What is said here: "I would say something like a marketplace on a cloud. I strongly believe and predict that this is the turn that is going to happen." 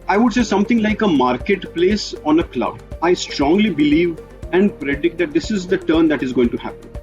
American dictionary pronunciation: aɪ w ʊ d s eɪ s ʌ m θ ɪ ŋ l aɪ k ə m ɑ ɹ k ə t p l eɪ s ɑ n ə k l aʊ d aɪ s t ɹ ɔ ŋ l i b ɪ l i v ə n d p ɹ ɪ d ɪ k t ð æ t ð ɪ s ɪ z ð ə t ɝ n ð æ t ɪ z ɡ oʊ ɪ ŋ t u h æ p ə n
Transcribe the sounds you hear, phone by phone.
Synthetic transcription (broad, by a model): aɪ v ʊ d s eɪ s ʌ m t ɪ ŋ l aɪ k ə m ɑ ɹ k ə t p l eɪ s ɑ n ə k l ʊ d aɪ s t ɹ ɔ ŋ l i b ɪ l i v ə n d p ɹ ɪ d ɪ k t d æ t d ɪ s ɪ z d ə t ɝ n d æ t ɪ z ɡ oʊ ɪ ŋ t u h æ p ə n